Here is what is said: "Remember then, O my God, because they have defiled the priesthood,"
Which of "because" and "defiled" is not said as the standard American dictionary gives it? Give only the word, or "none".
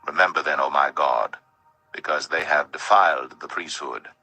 none